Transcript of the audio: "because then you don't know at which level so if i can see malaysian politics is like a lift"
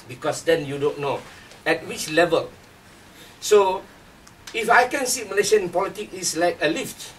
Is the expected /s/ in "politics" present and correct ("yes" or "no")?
no